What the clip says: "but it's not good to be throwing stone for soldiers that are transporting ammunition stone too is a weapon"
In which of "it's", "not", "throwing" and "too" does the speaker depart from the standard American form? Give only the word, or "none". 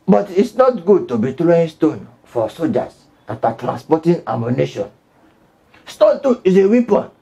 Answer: throwing